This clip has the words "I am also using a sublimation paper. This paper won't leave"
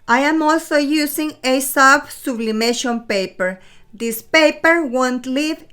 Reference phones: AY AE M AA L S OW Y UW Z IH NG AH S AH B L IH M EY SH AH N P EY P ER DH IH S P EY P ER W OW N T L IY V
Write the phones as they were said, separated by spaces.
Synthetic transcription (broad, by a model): AY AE M AA L S OW Y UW S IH NG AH S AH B L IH M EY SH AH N P EY P ER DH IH S P EY P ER W OW N T L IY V